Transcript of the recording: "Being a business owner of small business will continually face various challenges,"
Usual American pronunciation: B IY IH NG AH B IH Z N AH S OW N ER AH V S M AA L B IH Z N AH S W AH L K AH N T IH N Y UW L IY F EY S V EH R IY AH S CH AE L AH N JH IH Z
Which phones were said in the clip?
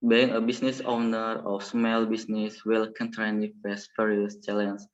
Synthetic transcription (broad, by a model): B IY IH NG AH B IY S N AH S OW N ER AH F S M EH L B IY S N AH S W AH L K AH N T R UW N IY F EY S P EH R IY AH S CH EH L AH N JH